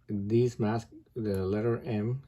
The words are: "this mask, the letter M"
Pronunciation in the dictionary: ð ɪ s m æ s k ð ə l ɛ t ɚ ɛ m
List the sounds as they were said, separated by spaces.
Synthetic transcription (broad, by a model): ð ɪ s m æ s k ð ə l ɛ t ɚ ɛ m